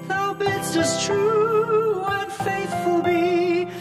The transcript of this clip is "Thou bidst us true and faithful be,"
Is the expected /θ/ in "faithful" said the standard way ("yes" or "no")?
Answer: yes